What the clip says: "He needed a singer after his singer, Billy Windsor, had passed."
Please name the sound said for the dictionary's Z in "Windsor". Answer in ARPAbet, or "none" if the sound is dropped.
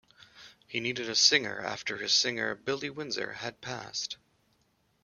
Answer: Z